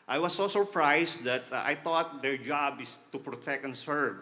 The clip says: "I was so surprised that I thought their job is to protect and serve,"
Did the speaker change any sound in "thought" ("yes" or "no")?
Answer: yes